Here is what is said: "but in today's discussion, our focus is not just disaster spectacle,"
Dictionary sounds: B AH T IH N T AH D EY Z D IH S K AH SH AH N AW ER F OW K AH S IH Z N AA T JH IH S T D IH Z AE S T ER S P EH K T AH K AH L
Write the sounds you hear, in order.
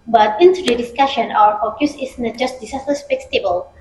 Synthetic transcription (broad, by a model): B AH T IH N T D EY D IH S K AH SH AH N AW ER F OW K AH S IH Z N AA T JH IH S T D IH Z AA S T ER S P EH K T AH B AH L